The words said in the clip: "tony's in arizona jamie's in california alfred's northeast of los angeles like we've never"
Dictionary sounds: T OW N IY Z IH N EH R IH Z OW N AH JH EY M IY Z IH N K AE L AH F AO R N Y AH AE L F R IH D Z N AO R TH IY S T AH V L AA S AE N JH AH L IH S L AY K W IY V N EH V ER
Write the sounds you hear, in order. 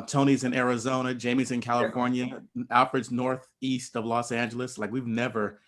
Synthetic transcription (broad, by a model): T OW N IY Z IH N EH R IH Z OW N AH JH EY M IY Z IH N K AE L AH F AO R N Y AH AE L F R IH D Z N AO R TH IY S T AH V L AA S AE N JH L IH S L AY K W IY V N EH V ER